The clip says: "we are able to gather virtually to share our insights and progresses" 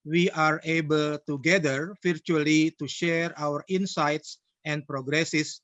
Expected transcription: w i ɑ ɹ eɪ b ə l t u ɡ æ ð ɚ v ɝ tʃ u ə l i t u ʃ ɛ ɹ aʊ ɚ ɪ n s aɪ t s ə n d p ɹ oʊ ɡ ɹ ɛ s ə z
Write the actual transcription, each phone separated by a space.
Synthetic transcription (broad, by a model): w i ɑ ɹ eɪ b ə l t u ɡ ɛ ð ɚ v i tʃ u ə l i t u ʃ ɛ ɹ aʊ ɚ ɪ n s aɪ t s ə n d p ɹ oʊ ɡ ɹ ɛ s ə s